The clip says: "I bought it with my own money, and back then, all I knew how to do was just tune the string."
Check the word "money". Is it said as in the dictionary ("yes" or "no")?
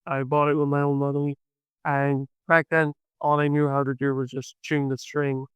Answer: no